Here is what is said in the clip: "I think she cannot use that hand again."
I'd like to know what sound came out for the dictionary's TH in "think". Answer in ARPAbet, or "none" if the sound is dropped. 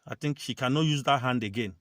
T